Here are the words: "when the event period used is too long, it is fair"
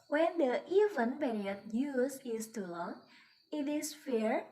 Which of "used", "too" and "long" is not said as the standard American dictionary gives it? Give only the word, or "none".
used